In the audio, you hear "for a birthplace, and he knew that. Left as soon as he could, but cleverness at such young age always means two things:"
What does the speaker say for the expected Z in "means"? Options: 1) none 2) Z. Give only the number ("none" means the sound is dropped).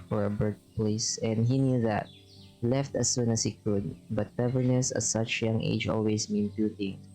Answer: 1